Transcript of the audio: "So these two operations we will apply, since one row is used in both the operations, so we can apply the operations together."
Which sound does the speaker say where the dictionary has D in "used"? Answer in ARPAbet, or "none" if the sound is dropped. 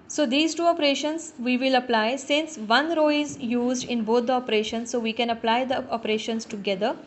D